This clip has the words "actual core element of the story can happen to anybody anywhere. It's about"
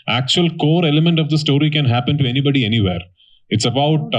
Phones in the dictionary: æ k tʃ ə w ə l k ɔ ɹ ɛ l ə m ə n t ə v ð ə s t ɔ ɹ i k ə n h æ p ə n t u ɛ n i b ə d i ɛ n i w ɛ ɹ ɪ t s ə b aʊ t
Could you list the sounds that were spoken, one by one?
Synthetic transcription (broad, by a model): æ k tʃ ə ə l k ɔ ɹ ɛ l ə m ə n t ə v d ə s t ɔ ɹ i k ə n h æ p ə n t u ɛ n i b ə d i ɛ n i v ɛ ɹ ɪ t s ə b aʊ t